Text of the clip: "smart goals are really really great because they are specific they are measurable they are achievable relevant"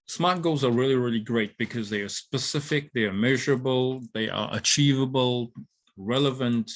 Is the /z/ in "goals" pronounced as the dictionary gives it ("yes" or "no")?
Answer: yes